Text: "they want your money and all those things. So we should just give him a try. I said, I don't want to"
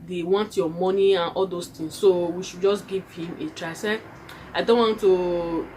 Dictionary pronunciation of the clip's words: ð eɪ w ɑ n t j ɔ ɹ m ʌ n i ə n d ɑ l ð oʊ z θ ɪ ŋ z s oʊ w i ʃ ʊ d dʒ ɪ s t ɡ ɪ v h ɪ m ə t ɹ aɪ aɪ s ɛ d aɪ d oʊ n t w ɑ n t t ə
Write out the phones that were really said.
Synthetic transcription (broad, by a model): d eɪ w ɑ n t j ɔ m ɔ n i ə n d ɑ l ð oʊ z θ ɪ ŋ s oʊ w i ʃ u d dʒ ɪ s ɡ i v h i m ə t ɹ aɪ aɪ s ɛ aɪ d oʊ n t w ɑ n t t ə